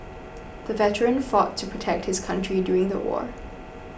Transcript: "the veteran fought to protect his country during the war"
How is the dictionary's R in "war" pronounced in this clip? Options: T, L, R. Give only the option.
R